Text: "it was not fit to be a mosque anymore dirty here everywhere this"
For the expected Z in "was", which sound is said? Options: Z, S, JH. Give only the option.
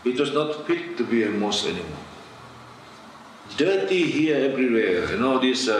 S